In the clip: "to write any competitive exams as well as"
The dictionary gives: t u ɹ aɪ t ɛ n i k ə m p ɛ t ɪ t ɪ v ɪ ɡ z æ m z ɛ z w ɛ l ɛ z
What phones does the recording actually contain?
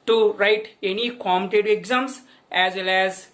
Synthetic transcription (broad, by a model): t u ɹ aɪ t ɛ n i k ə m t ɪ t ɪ ɪ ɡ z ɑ m s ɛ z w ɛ l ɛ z